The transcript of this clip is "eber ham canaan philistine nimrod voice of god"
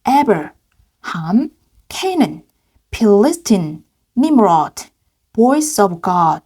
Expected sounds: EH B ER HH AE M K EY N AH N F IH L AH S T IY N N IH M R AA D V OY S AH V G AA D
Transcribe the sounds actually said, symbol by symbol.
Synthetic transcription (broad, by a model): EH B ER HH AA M K EY N AH N P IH L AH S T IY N N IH M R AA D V OY S AH V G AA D